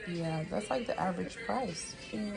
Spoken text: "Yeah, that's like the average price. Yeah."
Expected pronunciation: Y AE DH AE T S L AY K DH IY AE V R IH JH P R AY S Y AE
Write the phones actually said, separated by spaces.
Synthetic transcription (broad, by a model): Y AE DH AE T S L AY K DH IY AE V R IH JH P R AY S